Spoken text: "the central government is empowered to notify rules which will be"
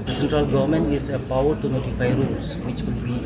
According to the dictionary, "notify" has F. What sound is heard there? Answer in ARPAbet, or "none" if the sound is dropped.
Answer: F